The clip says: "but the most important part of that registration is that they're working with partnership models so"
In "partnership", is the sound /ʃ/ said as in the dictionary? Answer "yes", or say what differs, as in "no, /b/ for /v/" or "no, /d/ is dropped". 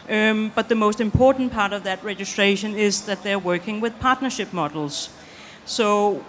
yes